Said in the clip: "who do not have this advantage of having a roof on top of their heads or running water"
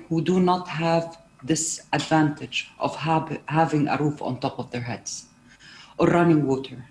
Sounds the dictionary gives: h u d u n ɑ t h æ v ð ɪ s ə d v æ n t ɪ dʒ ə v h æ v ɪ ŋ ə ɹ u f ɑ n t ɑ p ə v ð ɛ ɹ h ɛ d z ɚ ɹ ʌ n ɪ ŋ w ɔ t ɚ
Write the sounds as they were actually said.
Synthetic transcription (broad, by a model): h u d u n ɑ t h æ v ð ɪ s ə d v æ n t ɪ dʒ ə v h æ v ɪ ŋ ə ɹ u f ɑ n t ɑ p ə v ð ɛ ɹ h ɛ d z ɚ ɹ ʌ n ɪ ŋ w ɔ t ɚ